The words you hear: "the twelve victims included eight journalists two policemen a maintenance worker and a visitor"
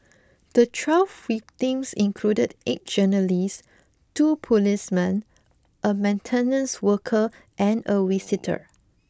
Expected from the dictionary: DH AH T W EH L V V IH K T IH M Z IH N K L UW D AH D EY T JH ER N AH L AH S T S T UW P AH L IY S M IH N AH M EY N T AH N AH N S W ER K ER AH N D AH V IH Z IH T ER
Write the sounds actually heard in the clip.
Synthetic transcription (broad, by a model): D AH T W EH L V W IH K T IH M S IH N K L UW D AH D EY T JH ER N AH L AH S S T UW P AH L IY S M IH N AH M EY N T AH N AH N S W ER K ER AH N AH W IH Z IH T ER